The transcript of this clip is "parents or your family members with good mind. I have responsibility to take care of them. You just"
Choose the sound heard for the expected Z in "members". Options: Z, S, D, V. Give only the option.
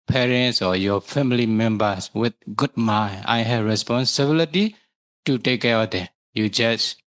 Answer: S